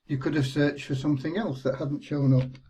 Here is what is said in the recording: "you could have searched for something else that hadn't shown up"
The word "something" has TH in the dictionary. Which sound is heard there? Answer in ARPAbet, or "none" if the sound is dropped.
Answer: TH